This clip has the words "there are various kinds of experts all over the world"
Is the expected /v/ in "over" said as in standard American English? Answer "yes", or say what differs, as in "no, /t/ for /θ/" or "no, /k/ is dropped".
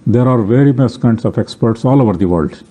yes